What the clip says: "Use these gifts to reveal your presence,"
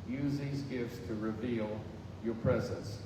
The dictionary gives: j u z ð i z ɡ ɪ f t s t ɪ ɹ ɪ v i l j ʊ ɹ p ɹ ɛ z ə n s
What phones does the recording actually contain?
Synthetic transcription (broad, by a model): j u z ð i z ɡ ɪ f t s t ɪ ɹ ɪ v i l j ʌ ɹ p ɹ ɛ z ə n s